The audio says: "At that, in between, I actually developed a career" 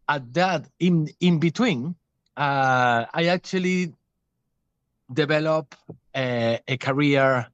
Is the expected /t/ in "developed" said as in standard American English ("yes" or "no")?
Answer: no